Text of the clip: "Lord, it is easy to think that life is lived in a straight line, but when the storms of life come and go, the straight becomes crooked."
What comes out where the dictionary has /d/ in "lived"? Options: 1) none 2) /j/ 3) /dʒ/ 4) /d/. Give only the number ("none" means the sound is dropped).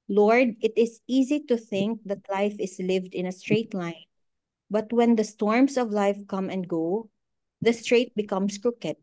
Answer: 4